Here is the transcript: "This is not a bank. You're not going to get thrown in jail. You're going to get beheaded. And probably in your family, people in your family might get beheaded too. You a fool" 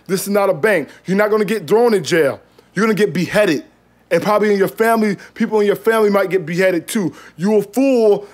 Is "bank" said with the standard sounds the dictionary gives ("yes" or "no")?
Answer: yes